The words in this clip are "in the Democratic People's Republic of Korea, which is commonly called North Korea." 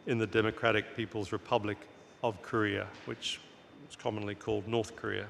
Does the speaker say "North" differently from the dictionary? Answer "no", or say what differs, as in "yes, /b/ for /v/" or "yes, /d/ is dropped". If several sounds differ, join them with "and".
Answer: no